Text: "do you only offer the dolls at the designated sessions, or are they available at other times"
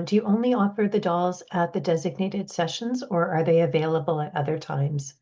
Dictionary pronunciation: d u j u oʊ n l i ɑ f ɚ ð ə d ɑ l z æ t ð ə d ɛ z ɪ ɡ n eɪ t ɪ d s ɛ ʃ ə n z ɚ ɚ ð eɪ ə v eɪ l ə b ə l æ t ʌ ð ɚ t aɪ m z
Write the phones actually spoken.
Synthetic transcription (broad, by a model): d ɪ j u oʊ n l i ɑ f ɚ ð ə d ɑ l z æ t ð ə d ɛ z ɪ ɡ n eɪ t ɪ d s ɛ ʃ ə n z ɚ ɚ ð eɪ ə v eɪ l ə b ə l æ t ʌ ð ɚ t aɪ m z